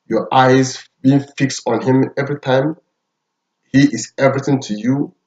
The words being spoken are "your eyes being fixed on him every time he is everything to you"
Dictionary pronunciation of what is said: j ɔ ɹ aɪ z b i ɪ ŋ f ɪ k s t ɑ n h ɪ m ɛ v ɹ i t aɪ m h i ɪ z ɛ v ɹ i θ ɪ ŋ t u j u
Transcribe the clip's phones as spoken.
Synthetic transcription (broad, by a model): j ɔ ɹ aɪ z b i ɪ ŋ f ɪ k s t ɑ n h ɪ m ɛ v ɹ i t aɪ m h i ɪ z ɛ v ɹ i θ ɪ ŋ t u j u